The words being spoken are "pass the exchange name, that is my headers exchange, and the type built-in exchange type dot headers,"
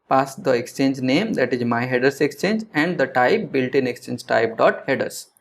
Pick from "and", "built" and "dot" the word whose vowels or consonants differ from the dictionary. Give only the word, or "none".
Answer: none